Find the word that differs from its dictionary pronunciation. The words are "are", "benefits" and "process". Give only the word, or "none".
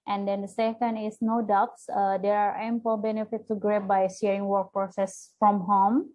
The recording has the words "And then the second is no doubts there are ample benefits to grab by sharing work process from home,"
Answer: benefits